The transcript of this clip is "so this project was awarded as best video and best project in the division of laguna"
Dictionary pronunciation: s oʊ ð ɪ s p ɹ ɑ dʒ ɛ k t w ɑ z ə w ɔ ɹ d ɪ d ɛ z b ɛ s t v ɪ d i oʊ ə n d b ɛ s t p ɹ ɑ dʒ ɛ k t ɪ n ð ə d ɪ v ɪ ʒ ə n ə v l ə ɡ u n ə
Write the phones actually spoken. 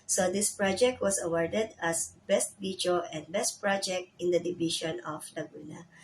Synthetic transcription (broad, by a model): s oʊ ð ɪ s p ɹ ɑ dʒ ɛ k t w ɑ s ə w ɔ ɹ d ɪ d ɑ s b ɛ s t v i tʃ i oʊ ə n d b ɛ s t p ɹ ɑ dʒ ɛ k t ɪ n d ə d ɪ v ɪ ʃ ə n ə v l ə ɡ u n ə